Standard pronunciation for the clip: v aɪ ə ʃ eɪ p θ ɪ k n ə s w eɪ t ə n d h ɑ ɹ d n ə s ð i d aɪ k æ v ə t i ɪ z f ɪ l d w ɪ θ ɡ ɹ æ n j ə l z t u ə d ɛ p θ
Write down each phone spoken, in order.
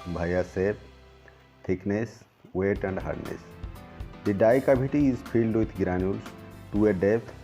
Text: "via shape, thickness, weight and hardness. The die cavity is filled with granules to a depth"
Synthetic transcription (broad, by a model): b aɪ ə s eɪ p t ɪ k n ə s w eɪ t ə n d h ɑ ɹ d n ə s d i d aɪ k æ b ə t i ɪ z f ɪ l d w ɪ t ɡ ɹ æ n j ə l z t u ə d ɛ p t